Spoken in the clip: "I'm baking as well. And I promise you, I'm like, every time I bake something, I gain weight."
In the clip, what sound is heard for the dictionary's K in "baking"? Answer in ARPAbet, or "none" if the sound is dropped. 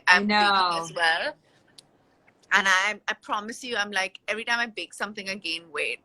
none